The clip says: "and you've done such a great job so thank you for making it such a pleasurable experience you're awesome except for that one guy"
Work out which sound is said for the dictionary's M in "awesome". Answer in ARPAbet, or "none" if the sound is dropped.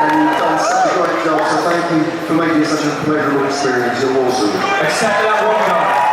none